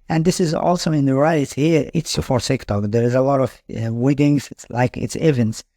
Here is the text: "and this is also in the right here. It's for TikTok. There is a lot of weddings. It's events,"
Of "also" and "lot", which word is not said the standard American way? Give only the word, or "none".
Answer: none